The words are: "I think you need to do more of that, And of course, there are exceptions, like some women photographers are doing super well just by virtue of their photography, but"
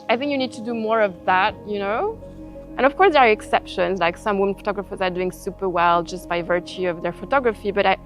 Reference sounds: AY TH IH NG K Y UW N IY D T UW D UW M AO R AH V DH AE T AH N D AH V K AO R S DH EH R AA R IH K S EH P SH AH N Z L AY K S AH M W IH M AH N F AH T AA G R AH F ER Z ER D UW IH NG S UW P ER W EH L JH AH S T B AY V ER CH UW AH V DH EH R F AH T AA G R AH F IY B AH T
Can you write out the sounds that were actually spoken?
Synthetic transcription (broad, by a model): AY TH IH NG K Y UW N IY D T UW D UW M AO R AH V DH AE T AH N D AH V K AO R S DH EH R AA R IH K S EH P SH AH N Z L AY K S AH M W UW M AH N F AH T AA G R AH F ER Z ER D UW IH NG S UW P ER W EH L JH AH S T B AY V ER CH UW AH V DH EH R F AH T AA G R AH F IY B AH T